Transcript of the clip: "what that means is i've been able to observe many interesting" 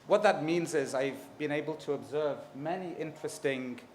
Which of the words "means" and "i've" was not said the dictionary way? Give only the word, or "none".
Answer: none